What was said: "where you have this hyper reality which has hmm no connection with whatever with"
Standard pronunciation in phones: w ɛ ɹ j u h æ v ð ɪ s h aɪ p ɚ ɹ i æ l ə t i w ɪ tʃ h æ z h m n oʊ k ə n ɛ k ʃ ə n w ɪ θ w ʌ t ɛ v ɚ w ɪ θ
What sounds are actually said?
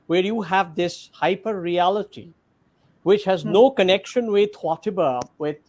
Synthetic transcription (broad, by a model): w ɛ ɹ j u h æ v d ɪ s h aɪ p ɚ ɹ i æ l ə t i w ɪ tʃ h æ z n oʊ k ə n ɛ k ʃ ə n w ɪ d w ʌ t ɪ b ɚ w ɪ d